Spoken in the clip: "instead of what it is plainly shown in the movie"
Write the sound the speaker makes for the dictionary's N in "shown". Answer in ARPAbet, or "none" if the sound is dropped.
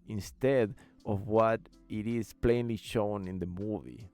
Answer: N